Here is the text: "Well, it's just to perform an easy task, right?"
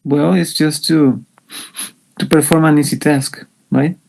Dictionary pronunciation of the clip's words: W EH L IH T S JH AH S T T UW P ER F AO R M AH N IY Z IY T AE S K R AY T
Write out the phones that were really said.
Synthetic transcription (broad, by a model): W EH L IH T S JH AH S T T UW P ER F AO R M AH N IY S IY T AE S K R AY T